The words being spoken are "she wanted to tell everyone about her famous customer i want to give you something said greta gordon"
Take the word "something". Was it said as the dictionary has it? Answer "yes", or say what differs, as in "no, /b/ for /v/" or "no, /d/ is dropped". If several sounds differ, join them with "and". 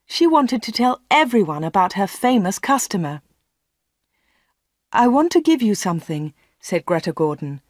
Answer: yes